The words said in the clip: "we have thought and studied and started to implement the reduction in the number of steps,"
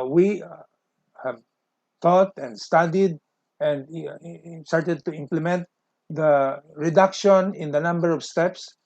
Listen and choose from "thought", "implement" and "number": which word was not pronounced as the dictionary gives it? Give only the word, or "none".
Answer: thought